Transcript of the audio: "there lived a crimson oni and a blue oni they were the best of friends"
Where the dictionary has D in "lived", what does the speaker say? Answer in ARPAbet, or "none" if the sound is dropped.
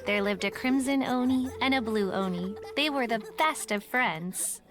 D